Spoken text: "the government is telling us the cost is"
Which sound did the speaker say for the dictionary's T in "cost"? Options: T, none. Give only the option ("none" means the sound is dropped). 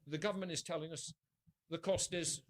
T